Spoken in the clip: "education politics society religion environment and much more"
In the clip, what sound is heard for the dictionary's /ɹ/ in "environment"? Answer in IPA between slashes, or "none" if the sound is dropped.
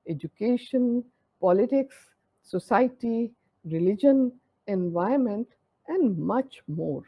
none